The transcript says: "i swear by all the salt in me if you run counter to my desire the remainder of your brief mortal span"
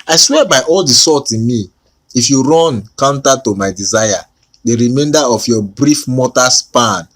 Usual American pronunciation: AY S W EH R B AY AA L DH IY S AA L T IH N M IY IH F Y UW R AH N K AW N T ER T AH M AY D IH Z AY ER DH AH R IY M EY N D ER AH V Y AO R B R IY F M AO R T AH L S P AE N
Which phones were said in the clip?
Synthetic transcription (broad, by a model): AY S W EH B AY AA L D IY S AA T IH N M IY IH F Y UW R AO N K AW N T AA T AH M AY D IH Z AY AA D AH R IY M EY N D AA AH F Y AO B R IY F M AO T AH S P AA N